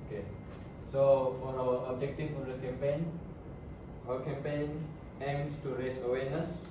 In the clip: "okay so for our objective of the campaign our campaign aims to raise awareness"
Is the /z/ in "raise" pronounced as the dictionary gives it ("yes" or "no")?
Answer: no